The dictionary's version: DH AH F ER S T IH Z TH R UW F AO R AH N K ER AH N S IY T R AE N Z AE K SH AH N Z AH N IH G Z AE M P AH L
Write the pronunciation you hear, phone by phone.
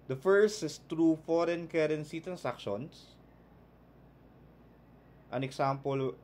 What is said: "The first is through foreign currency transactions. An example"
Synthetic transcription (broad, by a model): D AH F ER S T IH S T R UW F AO R AH N K ER AH N S IY T R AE N S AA K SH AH N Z AH N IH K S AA M P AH L